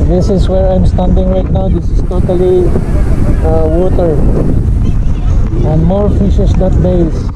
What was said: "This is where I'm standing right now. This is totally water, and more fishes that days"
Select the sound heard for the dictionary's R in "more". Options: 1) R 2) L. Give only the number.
1